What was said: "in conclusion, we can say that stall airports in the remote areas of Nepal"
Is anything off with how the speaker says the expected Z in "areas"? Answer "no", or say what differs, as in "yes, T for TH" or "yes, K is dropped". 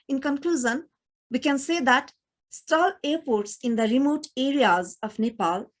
no